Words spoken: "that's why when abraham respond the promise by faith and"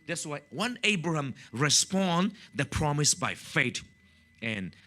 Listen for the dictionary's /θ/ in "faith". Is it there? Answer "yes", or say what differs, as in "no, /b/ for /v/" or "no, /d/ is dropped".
no, /t/ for /θ/